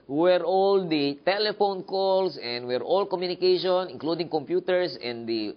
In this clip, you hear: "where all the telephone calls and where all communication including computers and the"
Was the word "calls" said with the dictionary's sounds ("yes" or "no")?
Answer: no